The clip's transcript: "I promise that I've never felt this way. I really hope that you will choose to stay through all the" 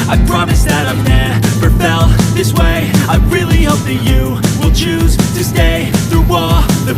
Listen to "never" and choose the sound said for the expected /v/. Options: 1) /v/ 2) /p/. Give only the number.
2